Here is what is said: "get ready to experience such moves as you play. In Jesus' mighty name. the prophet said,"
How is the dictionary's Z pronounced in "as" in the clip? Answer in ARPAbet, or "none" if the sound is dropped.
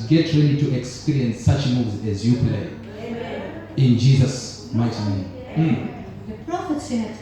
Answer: Z